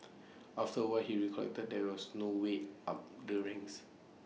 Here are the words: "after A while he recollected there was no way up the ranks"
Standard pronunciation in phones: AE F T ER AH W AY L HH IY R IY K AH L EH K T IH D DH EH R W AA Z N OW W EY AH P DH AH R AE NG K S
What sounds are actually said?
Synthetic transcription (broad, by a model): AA F T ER AH W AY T HH IY R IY K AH L EH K T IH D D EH W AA S N OW W EY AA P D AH R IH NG S